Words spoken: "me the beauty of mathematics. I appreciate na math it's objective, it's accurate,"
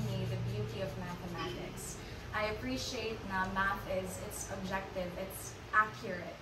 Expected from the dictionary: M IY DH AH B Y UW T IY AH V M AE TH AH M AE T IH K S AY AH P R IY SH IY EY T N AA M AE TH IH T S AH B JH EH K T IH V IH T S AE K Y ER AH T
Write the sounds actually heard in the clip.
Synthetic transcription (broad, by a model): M IY DH AH B Y UW T IY AH V M AE TH AH M AE T IH K S AY AH P R IY SH IY EY T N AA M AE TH IH T S AH B JH EH K T IH V IH T S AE K Y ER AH T